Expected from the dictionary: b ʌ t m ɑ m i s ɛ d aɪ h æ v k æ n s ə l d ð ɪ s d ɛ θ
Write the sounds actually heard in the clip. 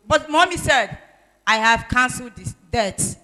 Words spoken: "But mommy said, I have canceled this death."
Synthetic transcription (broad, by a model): b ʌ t m ɑ m i s ɛ d aɪ h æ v k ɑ n s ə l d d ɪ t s